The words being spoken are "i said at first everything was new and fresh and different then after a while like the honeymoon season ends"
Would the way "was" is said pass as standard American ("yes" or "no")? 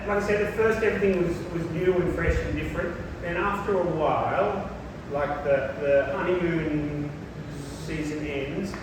yes